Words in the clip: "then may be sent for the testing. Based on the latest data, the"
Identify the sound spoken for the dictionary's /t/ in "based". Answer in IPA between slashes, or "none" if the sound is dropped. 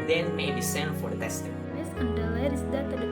none